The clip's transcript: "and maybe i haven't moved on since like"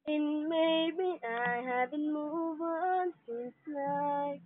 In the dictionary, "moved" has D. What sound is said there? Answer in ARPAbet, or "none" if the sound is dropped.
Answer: none